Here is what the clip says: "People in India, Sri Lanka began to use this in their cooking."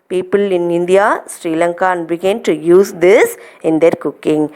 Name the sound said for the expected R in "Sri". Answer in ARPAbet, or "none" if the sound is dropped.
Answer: R